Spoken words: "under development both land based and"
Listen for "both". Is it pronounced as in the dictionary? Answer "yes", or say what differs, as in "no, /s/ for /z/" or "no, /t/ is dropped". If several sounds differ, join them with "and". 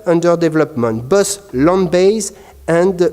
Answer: no, /s/ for /θ/